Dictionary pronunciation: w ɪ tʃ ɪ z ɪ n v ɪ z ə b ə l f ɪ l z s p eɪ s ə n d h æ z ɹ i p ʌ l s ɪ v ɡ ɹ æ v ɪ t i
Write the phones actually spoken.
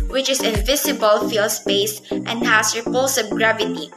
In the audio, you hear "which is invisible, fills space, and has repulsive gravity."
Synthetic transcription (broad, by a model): w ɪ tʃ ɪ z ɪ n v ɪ s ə b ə l f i l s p eɪ s ə n d h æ s ɹ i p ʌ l s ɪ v ɡ ɹ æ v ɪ t i